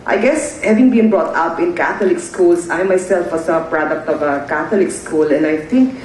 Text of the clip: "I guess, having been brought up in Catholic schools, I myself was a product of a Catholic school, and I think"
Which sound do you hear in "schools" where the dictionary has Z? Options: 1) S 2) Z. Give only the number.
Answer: 1